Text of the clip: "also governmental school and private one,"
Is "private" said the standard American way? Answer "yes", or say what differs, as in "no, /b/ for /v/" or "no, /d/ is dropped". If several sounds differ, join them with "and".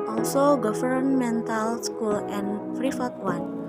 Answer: no, /f/ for /v/